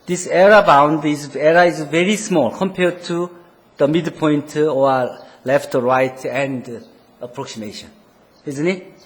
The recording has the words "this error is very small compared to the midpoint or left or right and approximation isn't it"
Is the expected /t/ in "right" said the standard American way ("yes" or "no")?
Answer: yes